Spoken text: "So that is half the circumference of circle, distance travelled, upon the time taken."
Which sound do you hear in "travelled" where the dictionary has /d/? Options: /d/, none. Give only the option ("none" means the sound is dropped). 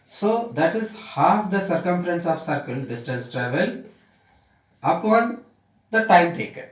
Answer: none